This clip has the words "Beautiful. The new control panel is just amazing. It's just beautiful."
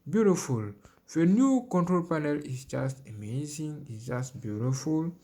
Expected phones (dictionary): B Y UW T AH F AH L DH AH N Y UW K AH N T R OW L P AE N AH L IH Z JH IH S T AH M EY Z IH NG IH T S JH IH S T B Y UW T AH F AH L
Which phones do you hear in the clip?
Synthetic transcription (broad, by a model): B Y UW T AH F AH L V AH N Y UW K AH N T R OW L P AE N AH L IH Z JH IH S T AH M EY Z IH NG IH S JH IH S T B Y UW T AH F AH L